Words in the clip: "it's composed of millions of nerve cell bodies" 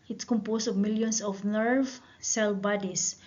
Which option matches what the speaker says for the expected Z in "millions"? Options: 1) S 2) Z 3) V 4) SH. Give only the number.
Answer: 1